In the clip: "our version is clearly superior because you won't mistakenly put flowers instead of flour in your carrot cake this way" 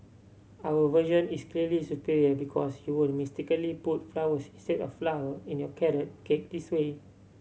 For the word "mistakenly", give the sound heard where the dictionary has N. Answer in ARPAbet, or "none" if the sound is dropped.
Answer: none